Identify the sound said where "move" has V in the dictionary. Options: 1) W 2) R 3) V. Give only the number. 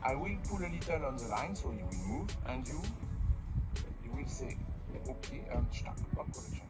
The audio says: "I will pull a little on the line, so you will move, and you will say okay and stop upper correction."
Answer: 3